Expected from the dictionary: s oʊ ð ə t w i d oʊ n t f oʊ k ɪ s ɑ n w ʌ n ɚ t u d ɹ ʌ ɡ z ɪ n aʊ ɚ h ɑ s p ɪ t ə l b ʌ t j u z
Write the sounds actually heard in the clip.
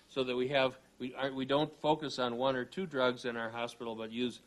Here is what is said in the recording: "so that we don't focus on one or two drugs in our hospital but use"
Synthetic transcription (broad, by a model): s oʊ ð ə t w i d oʊ n t f oʊ k ɪ s n w ʌ n ɚ t u d ɹ ʌ ɡ z ɪ n aʊ ɚ h ɑ s p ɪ t l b ʌ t j u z